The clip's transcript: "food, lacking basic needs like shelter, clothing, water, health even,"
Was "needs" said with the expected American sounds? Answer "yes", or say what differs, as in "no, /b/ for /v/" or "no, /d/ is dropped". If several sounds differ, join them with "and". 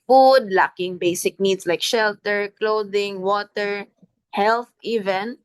no, /s/ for /z/